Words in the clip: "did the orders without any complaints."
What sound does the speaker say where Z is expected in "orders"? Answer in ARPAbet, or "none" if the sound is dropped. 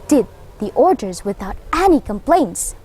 Z